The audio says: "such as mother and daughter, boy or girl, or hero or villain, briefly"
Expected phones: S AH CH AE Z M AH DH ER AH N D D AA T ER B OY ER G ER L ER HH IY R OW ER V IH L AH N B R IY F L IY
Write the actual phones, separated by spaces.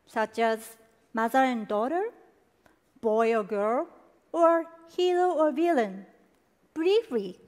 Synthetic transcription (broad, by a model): S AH CH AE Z M AH DH ER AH N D D AA T ER B OY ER G ER L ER HH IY L OW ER V IH L AH N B R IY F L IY